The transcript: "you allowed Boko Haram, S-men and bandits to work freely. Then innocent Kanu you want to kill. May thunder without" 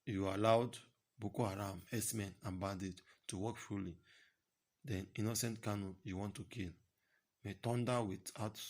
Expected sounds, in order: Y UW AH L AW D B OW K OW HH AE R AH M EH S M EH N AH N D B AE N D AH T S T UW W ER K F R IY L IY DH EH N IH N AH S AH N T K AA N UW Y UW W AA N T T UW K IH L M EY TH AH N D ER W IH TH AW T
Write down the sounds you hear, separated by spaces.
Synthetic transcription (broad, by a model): Y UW AH L AW D B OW K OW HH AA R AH M EH S M EH N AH N B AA D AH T T UW W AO K F R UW L IY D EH N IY N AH S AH N T K AA N UW Y UW W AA N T T UW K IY L M EY T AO N D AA W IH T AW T